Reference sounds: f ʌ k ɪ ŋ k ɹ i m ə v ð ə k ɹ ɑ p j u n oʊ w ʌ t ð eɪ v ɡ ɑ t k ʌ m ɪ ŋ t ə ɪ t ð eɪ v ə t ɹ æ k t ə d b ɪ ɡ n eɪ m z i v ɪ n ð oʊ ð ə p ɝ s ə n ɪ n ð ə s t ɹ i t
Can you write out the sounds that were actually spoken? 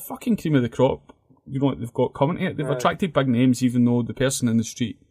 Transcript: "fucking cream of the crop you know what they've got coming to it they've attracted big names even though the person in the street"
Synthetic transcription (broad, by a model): f ʌ k ɪ ŋ k ɹ i m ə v ð ə k ɹ ɑ p j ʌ n oʊ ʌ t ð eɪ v ɡ ɑ t k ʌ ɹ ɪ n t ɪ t ð eɪ v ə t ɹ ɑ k t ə d b ɪ ɡ n eɪ m z i v ɪ n ð oʊ ð ə p ɝ s ə n ɪ n ð ə s t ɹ i t